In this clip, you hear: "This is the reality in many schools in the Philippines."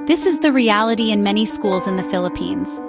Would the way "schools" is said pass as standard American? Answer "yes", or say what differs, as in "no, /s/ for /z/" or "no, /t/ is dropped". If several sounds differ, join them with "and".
yes